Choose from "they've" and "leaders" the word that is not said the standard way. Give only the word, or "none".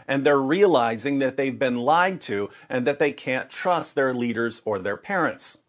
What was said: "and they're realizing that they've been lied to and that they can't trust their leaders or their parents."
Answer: none